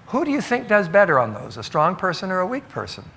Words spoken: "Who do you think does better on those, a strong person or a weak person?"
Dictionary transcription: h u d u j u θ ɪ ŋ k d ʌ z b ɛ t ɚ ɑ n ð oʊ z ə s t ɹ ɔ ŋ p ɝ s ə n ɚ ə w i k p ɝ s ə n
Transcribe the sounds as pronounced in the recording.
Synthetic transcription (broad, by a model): h u d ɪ j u θ ɪ ŋ k d ʌ z b ɛ t ɚ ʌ n ð oʊ z ə s t ɹ ɔ ŋ p ɝ s ə n ɚ ə w i k p ɝ s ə n